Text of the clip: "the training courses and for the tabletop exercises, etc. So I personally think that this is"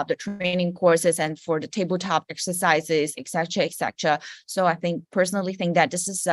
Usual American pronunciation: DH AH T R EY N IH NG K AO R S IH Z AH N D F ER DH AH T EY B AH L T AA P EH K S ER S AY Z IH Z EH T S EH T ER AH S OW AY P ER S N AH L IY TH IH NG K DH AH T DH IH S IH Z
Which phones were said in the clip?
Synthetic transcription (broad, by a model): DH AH T R EY N IH NG K AO R S IH Z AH N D F ER DH AH T EY B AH L T AA P EH K S ER S AY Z IH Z EH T S EH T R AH S OW AY P ER S N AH L IY TH IH NG K DH AH T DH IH S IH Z